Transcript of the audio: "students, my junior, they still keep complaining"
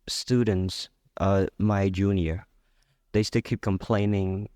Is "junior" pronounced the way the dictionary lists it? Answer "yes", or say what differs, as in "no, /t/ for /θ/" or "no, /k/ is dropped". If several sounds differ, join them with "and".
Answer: yes